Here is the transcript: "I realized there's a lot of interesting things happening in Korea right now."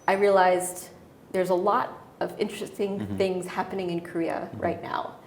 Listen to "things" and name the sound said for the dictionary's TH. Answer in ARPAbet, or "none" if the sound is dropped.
TH